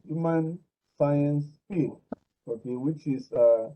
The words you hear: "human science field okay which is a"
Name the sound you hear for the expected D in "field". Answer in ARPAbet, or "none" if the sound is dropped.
none